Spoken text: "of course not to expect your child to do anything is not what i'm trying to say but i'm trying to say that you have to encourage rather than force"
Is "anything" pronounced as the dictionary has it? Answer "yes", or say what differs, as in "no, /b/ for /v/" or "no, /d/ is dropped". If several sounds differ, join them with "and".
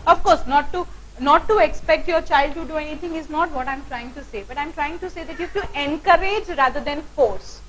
no, /t/ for /θ/